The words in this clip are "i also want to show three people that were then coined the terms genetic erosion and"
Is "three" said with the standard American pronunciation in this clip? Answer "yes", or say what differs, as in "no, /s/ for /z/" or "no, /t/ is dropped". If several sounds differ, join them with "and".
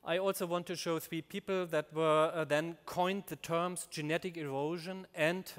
yes